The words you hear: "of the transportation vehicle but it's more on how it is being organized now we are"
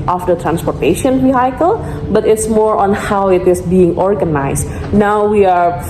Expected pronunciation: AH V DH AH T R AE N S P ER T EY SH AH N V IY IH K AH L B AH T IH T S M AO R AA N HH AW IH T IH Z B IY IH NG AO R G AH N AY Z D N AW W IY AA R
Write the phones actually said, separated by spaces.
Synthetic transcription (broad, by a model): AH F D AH T R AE N S P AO T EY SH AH N W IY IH K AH L B AH T IH T S M AO R AA N HH AW IH T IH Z B IY IH NG AO R G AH N AY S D N AW W IY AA R